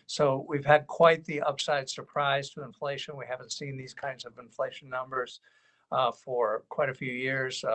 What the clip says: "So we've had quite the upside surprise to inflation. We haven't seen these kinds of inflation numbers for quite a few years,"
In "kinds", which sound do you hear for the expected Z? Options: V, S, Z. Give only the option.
Z